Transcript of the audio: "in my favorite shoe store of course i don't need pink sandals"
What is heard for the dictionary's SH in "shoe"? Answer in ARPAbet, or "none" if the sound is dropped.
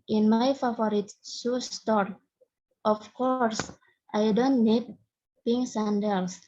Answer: S